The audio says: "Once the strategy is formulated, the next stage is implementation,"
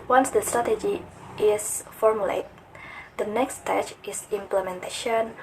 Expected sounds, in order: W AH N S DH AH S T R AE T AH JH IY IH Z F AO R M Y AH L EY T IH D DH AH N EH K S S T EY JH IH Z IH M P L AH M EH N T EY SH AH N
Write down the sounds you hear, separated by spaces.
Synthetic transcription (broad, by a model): W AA N S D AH S T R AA T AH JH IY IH S F AO R M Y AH L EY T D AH N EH K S S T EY CH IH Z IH M P L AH M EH N T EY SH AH N